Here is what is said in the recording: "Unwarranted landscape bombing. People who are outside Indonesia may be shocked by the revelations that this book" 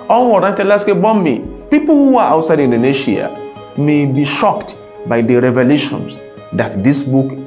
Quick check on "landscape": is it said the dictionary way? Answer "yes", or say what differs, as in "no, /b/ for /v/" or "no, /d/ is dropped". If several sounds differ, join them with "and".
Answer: no, /n/ is dropped